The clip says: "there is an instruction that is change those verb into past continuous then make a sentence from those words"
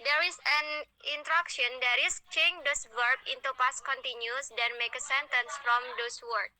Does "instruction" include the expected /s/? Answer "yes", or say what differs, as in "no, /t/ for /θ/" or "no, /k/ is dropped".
no, /s/ is dropped